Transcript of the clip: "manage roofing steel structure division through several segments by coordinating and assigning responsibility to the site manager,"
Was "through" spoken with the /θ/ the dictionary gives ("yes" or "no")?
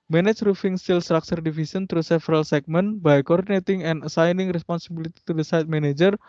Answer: no